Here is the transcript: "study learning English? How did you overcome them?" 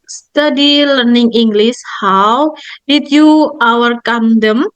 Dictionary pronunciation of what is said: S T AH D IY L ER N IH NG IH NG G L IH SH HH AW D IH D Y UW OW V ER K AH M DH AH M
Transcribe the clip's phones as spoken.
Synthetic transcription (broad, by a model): S T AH D IY L ER N IH NG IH NG G L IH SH HH AW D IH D Y UW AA W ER K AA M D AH M